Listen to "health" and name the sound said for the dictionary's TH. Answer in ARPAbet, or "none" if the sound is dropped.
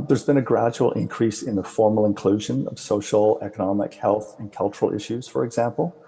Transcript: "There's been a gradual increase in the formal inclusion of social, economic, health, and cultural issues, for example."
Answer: TH